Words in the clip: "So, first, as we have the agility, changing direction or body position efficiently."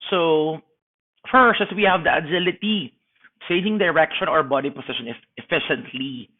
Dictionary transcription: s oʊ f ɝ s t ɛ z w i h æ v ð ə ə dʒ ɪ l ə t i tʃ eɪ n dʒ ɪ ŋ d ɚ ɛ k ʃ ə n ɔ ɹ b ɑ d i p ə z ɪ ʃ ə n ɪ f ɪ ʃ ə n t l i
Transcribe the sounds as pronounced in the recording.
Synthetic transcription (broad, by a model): s oʊ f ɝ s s w i h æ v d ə ə dʒ ɪ l ə t i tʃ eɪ dʒ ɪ ŋ d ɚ ɛ k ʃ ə n ɔ ɹ b ɑ d i p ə s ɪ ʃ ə n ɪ f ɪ ʃ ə n t l i